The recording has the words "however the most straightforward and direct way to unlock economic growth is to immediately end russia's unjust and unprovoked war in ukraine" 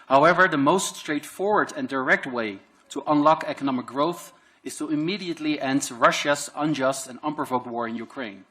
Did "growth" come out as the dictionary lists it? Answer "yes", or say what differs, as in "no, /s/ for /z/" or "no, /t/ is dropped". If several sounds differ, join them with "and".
yes